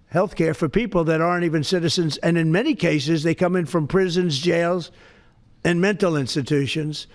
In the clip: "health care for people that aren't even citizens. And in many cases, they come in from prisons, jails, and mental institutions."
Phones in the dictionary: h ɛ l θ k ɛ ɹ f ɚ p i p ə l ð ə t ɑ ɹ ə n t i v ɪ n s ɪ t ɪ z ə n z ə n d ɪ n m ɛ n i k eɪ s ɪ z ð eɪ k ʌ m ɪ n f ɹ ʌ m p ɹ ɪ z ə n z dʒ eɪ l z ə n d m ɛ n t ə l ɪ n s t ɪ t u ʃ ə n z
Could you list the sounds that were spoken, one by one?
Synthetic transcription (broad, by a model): h ɛ l θ k ɛ ɹ f ɚ p i p l ð ə t ɑ ɹ ə n t i v ɪ n s ɪ t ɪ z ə n z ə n ɪ n m ɛ n i k eɪ s ɪ z ð eɪ k ʌ m ɪ n f ɹ ʌ m p ɹ ɪ z ə n z dʒ eɪ l z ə n m ɛ n t l ɪ n s t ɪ t u ʃ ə n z